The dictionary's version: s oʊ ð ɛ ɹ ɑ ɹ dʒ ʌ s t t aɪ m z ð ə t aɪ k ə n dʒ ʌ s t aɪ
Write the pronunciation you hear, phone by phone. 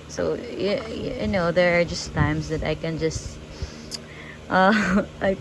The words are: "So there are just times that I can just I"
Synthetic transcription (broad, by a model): s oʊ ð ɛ ɹ ɑ ɹ dʒ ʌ s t t aɪ m s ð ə t aɪ k ə n dʒ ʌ s t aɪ